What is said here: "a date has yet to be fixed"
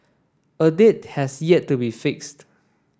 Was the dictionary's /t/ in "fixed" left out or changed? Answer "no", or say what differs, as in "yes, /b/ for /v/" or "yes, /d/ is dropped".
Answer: no